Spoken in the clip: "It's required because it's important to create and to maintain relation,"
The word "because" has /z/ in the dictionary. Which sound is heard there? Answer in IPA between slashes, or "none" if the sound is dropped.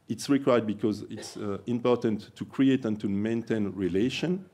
/z/